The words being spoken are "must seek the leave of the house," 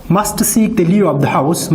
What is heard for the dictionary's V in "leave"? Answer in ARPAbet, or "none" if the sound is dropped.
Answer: none